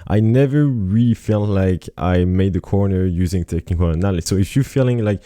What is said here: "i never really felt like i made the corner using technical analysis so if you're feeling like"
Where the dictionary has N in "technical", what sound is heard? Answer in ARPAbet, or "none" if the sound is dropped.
none